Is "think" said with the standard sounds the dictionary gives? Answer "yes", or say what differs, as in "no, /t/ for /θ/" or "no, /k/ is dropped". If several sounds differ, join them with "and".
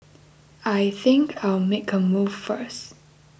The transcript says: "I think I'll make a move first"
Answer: yes